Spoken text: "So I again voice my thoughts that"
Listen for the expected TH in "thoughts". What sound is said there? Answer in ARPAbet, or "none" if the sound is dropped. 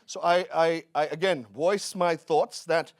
TH